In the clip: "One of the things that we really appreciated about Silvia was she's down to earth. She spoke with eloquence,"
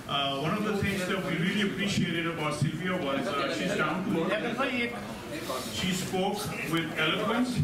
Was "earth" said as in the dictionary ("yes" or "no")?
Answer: no